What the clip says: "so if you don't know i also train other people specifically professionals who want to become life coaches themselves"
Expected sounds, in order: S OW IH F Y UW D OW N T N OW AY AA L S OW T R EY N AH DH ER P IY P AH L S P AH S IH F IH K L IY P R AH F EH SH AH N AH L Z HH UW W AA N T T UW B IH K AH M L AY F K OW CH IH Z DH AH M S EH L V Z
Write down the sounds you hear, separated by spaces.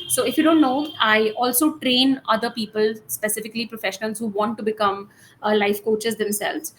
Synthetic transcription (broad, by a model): S OW IH F Y UW D OW N T N OW AY AA L S OW T R EY N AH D ER P IY P AH L S P AH S IH F IH K L IY P R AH F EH SH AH N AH L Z HH UW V AA N T T UW B IH K AH M L AY F K OW CH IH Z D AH M S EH L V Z